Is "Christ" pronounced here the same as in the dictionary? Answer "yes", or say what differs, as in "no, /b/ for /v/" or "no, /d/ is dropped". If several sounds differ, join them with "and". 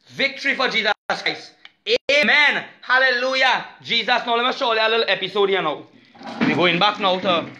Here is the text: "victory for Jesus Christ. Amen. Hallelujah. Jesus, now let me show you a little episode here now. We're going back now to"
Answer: no, /t/ is dropped